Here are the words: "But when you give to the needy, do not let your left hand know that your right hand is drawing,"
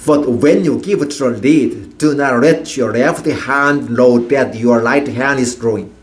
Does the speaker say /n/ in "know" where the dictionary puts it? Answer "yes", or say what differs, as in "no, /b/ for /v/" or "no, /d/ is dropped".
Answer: no, /l/ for /n/